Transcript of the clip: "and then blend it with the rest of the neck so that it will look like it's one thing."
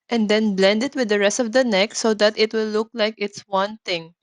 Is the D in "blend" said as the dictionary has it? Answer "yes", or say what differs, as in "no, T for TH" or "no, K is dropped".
yes